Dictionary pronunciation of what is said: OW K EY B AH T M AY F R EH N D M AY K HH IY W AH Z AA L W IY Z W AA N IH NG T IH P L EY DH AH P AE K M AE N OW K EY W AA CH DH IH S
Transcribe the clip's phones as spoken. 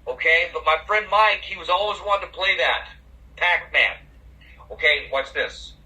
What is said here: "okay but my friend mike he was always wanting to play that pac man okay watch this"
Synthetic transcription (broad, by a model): OW K EY B AH T M AY F R EH N D M AY K HH IY W AH Z AA L W IY Z W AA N T IH P L EY DH AH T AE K M AE N OW K EY W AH S DH IH S